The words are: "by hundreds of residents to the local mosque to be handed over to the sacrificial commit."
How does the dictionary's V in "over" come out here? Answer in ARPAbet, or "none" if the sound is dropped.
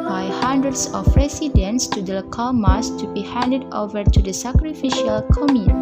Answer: V